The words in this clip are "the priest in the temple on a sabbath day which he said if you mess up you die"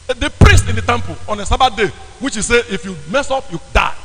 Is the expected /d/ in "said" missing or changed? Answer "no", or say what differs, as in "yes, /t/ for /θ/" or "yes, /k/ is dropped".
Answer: yes, /d/ is dropped